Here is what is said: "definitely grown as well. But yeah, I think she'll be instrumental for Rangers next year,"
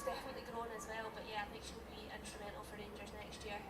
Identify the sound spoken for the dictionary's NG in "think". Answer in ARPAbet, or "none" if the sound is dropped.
none